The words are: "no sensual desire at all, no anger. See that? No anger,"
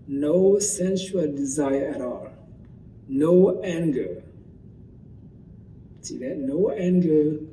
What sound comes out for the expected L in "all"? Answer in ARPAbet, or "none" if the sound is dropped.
L